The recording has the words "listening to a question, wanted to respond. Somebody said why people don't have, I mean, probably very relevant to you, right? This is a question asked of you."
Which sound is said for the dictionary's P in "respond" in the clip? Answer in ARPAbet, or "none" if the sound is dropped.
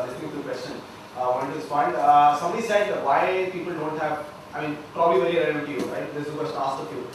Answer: F